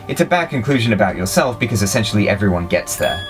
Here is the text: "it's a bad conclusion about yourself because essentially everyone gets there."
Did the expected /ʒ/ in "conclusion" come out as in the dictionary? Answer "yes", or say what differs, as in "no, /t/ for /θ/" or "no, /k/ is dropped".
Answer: yes